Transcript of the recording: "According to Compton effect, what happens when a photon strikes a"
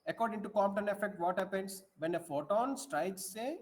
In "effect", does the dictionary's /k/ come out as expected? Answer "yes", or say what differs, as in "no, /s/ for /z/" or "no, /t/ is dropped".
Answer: yes